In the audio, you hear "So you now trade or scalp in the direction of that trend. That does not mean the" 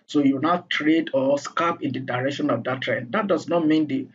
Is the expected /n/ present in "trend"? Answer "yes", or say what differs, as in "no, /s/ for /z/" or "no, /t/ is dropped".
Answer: yes